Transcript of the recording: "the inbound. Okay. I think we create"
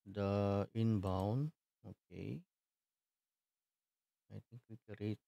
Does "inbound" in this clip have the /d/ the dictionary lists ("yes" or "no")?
no